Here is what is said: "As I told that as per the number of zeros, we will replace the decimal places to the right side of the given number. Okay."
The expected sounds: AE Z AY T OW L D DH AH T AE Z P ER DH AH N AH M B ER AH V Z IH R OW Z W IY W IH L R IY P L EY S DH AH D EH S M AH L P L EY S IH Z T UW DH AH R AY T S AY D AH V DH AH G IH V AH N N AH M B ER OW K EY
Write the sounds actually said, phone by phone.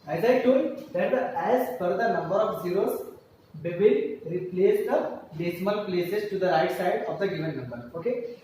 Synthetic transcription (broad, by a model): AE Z AY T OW D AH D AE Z F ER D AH N AH M B ER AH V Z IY R OW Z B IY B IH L R IY P L EY S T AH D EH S M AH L P L EY S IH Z T UW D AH R AY T S AY D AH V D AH G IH V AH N N AH M B ER OW K EY